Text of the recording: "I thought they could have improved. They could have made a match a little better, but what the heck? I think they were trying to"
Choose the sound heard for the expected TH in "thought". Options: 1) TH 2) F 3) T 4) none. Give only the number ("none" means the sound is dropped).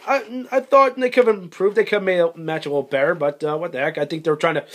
1